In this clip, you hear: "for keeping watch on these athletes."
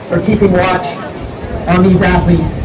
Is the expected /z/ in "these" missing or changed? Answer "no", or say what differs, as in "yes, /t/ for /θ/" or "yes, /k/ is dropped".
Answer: no